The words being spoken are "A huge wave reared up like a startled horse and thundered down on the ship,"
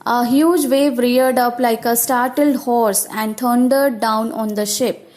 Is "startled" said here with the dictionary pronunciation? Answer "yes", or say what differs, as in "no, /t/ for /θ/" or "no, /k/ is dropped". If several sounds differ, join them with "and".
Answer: yes